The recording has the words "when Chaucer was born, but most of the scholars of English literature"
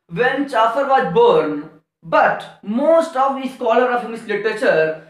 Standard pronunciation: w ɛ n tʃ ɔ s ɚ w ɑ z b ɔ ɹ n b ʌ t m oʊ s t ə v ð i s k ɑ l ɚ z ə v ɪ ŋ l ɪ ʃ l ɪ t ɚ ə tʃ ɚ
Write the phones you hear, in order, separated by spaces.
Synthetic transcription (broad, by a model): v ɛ n tʃ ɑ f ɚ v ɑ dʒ b ɔ ɹ n b ʌ t m oʊ s t ə v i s k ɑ l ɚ ə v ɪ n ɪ s l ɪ t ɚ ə tʃ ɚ